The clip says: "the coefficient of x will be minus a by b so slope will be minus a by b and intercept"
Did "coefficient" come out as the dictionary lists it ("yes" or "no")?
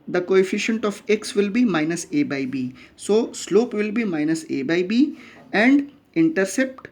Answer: yes